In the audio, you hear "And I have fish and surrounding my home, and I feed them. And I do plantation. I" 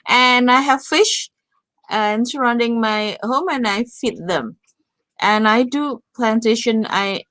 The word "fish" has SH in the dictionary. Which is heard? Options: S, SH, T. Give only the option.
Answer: SH